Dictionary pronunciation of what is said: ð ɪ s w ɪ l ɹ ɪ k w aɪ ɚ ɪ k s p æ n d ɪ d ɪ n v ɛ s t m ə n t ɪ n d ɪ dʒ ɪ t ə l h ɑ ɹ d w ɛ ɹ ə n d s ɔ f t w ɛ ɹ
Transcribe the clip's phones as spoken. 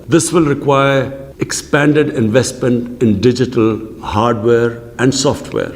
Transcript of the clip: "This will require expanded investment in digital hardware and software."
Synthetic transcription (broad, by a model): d ɪ s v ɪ l ɹ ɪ k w aɪ ɚ ɪ k s p æ n d ɪ d ɪ n v ɛ s t m ə n t ɪ n d ɪ dʒ ɪ t ə l h ɑ ɹ d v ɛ ɹ ə n d s ɔ f t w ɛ ɹ